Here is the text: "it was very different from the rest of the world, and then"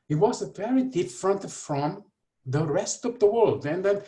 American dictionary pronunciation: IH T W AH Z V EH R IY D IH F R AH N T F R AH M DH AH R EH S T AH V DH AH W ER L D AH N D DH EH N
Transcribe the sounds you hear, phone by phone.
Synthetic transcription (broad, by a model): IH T W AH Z P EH R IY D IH F R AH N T F R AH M DH AH R EH S T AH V DH AH W ER L D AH N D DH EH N